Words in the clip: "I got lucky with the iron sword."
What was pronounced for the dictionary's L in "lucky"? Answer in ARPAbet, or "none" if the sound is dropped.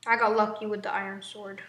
L